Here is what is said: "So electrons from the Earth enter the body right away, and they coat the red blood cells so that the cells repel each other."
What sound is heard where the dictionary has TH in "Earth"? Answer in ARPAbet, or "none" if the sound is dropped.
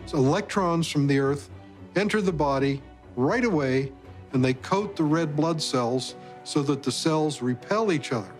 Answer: TH